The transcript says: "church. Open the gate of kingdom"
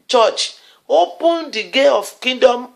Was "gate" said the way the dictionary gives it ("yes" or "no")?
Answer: no